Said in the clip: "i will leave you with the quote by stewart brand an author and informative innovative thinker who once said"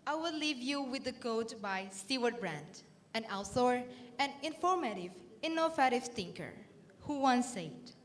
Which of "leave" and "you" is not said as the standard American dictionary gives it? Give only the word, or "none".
none